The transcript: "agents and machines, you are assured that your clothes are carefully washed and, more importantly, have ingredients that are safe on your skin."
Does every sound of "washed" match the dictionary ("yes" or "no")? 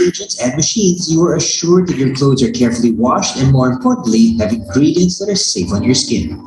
yes